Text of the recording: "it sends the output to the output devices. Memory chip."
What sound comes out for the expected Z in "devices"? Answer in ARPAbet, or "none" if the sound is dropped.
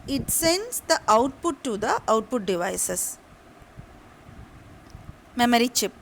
S